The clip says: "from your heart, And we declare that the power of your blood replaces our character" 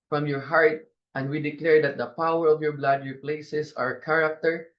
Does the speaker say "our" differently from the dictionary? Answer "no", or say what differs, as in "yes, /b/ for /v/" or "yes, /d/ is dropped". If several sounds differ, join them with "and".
no